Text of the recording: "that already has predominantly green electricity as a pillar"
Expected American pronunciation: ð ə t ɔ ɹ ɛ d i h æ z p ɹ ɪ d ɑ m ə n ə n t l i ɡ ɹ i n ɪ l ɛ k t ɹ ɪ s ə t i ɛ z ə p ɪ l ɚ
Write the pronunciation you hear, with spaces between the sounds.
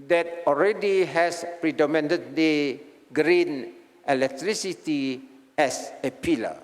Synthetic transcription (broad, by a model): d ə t ɔ ɹ ɛ d i h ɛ s p ɹ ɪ d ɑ m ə n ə t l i ɡ ɹ i n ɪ l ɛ k t ɹ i s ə t i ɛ s ə p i l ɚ